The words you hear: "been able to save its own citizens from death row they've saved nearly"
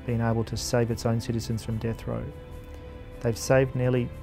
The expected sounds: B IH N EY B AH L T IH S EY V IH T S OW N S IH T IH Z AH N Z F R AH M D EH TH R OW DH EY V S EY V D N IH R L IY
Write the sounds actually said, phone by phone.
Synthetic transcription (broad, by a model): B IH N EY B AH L T IH S EY V IH T S OW N S IH T IH Z AH N Z F R AH M D EH TH R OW DH EY V S EY V D N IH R L IY